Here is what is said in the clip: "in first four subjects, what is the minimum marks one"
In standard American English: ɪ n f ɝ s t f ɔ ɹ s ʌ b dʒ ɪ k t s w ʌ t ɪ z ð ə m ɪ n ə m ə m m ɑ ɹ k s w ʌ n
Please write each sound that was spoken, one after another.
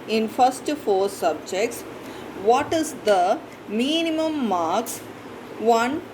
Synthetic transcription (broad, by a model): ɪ n f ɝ s t f ɔ ɹ s ʌ b dʒ ɪ k t s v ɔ t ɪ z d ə m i n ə m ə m m ɑ ɹ k s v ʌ n